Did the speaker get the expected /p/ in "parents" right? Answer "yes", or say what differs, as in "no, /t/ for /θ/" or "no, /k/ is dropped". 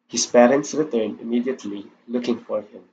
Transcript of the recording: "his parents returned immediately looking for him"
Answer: yes